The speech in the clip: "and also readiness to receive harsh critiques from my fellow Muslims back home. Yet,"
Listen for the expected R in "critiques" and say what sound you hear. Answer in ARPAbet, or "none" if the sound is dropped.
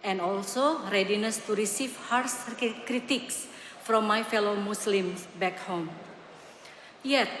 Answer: R